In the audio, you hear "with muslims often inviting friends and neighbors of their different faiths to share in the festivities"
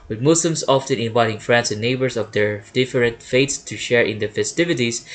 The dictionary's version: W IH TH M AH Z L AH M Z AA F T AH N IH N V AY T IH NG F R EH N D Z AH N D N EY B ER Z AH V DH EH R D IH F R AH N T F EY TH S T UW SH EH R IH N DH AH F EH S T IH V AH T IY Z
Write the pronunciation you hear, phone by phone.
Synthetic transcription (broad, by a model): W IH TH M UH S L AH M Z AA F T AH N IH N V AY T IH NG F R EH N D S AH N N EY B ER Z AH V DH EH R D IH F R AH N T F EY T S T UW SH EH R IH N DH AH F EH S T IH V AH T IY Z